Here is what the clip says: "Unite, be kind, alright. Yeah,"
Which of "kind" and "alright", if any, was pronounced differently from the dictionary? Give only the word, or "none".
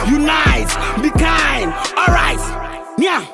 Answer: kind